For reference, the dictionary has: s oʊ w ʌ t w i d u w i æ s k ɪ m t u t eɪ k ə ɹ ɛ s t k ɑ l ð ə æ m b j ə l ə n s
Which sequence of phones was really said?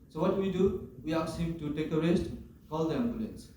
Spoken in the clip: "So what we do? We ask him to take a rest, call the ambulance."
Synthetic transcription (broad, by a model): s oʊ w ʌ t w i d u w i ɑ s ɪ t u t eɪ k ə ɹ ɛ s t k ɑ l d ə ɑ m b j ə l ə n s